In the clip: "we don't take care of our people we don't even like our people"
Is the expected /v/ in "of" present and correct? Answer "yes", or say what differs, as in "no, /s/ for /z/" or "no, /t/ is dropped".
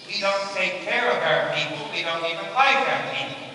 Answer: no, /b/ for /v/